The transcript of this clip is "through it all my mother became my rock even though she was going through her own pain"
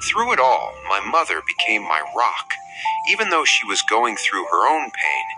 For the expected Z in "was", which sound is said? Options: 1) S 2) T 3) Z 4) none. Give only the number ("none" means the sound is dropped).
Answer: 3